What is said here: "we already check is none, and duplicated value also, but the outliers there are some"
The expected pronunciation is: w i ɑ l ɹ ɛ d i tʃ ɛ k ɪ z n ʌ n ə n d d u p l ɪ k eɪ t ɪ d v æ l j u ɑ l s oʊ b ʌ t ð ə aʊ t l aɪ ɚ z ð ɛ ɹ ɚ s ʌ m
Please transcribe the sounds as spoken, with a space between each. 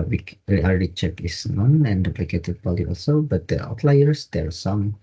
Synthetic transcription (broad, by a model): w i ɑ l ɹ ɛ d i tʃ ɛ k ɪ s n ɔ n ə n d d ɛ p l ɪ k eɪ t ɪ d b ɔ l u ɑ l s oʊ b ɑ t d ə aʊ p l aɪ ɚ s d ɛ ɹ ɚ s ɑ m